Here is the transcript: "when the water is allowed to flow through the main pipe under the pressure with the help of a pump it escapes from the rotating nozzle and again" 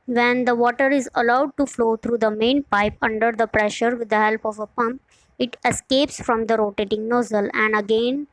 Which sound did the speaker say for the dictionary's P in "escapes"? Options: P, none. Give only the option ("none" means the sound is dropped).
P